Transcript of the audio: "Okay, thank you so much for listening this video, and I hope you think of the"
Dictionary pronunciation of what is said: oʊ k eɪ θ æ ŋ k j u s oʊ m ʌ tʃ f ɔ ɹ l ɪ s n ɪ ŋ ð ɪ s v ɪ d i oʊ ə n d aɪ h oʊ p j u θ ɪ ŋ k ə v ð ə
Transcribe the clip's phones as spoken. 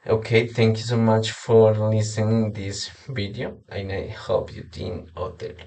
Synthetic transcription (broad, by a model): oʊ k eɪ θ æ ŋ k j u s oʊ m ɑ tʃ f ɔ ɹ l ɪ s ɪ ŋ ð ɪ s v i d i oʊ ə n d aɪ h oʊ p j u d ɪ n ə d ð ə